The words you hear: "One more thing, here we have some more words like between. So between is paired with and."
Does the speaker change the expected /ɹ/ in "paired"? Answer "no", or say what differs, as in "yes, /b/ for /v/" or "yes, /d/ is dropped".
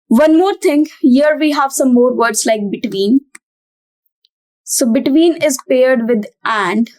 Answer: no